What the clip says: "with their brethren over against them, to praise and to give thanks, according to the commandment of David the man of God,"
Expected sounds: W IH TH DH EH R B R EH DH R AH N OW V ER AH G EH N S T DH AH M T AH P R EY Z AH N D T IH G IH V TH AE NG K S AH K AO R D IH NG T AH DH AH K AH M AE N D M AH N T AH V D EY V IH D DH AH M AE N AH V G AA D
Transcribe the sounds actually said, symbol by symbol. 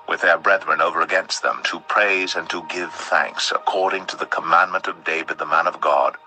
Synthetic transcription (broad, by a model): W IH DH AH R B R EH DH R AH N OW V ER AH G EH N S T DH AH M T AH P R EY Z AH N T IH G IH V TH AE NG K S AH K AO R D IH NG T AH DH AH K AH M AE N M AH N T AH V D EY V IH D DH AH M AE N AH V G AA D